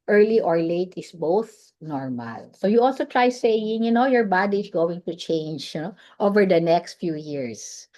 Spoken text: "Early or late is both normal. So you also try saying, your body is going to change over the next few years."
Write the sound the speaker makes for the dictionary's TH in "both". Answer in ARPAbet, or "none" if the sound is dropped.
TH